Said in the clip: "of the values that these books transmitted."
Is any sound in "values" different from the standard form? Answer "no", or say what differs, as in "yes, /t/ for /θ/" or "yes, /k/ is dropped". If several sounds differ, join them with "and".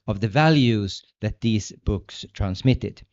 no